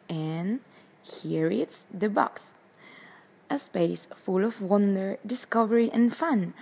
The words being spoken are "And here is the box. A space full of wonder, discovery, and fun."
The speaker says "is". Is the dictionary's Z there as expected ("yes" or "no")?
no